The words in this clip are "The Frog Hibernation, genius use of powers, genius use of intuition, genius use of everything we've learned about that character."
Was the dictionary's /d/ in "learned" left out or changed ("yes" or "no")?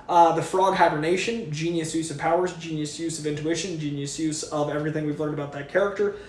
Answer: no